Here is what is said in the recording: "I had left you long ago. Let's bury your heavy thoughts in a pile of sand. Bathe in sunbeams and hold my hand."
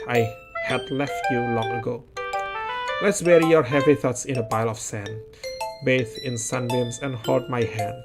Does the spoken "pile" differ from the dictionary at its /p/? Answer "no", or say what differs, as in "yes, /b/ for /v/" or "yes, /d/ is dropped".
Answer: yes, /b/ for /p/